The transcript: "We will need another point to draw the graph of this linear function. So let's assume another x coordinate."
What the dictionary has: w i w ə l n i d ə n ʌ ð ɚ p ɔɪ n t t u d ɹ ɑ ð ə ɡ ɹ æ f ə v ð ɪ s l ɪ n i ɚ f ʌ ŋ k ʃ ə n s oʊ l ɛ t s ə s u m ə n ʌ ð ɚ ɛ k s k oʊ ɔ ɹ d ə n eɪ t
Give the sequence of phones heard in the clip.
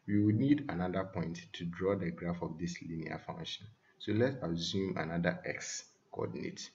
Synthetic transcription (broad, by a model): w i w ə n i d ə n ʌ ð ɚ p ɔɪ n t t u d ɹ ɑ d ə ɡ ɹ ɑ f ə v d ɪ s l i n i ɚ f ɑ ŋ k ʃ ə n s oʊ l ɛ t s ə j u m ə n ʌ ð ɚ ɛ k s k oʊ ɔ d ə n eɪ t